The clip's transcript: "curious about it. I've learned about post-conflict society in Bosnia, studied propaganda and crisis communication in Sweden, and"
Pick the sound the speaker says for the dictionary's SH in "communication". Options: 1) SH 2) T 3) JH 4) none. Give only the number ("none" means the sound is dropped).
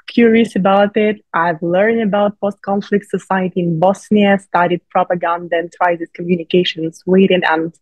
4